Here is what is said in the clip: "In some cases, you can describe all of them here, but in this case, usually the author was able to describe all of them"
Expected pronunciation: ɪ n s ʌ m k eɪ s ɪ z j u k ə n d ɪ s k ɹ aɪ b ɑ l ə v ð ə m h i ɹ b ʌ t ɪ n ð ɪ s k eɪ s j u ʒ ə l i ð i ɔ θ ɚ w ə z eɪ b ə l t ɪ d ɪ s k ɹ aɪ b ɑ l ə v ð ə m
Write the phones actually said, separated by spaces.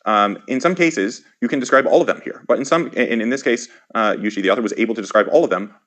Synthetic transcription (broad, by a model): ɪ n s ʌ m k eɪ s ɪ z j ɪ k ə n d ɪ s k ɹ aɪ b ɑ l ə v ð ə m h i ɹ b ʌ t ɪ n ð ɪ s k eɪ s j u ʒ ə l i ð i ɔ θ ɚ w ə z eɪ b l t ɪ d ɪ s k ɹ aɪ b ɑ l ə v ð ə m